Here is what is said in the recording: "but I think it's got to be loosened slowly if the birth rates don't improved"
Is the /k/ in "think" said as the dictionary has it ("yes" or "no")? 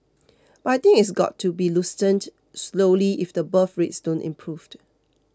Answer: no